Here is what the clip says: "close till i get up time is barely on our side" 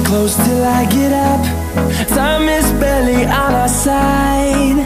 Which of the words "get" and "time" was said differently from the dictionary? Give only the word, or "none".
time